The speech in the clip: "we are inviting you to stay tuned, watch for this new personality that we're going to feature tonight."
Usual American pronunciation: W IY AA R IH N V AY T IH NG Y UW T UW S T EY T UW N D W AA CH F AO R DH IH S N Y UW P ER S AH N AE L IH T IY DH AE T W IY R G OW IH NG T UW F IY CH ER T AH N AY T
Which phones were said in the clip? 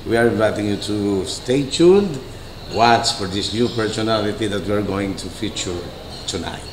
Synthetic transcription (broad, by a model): W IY AA R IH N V AY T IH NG Y UW T UW S T EY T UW L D W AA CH F AO R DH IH S N Y UW P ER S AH N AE L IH T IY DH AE T W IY R G OW IH NG T UW F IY CH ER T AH N AY T